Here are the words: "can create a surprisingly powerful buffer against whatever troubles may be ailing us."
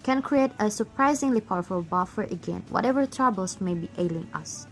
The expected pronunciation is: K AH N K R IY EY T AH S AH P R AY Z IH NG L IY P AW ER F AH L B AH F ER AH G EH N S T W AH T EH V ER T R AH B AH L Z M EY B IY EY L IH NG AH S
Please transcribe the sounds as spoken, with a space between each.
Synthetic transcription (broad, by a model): K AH N K R IY EY T AH S AH P R AY Z IH NG L IY P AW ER F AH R B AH F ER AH G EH N W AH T EH V ER T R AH B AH L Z M EY B IY EY L IH NG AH S